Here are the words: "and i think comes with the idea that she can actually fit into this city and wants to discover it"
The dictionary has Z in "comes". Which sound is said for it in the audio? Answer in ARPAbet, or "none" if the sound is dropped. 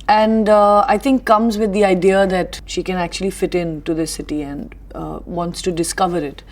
Z